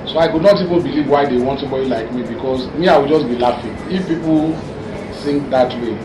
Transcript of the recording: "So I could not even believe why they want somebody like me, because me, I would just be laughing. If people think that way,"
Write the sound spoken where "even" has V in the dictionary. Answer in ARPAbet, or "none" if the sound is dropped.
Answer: V